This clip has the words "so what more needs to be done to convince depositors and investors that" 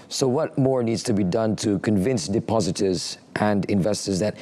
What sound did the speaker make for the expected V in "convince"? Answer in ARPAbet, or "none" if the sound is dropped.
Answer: V